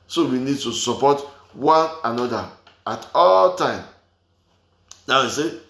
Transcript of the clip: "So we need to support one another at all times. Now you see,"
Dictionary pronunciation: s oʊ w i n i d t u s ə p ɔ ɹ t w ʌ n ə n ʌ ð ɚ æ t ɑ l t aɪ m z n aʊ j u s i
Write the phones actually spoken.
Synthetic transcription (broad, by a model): s oʊ w i n i d t u s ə p ɔ t w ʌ n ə n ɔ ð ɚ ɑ t ɑ l t aɪ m n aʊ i s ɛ